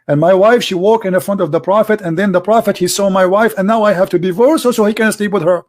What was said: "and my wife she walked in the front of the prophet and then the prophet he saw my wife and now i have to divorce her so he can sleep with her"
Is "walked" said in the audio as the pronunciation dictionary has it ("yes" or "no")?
no